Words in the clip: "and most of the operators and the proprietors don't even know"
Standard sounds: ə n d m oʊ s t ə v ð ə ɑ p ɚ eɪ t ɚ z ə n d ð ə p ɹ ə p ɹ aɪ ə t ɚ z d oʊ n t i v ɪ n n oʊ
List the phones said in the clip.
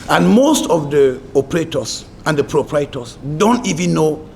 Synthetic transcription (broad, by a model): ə n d m oʊ s t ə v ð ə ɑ p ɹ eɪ t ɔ s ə n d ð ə p ɹ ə p ɹ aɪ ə t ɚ s d oʊ n t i v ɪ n n oʊ